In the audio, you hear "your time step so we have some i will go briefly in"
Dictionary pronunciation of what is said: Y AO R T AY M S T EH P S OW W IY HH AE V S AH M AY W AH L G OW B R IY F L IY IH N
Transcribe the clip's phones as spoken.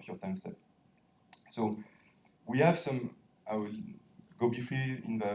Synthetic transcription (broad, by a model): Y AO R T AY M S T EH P S OW W IY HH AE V S AH M AY W AH L G OW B IY F IY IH N